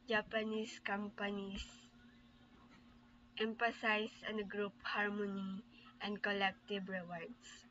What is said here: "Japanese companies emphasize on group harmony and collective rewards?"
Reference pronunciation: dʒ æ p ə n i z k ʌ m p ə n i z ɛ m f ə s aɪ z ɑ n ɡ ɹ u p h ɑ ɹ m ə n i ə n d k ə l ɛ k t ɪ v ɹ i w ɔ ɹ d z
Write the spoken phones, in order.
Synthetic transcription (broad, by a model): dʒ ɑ p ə n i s k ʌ m p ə n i s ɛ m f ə s aɪ s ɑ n ɡ ɹ u p h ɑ ɹ m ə n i ə n d k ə l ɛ k t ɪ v ɹ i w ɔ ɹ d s